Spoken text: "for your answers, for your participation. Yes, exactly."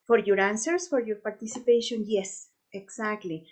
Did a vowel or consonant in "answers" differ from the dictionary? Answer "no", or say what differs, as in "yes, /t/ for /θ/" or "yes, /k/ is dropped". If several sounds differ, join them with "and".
yes, /s/ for /z/